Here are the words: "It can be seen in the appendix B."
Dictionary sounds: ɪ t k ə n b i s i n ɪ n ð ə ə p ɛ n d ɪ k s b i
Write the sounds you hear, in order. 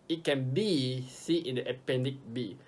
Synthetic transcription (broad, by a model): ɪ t k ə n b i s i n ɪ n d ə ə p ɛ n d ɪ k b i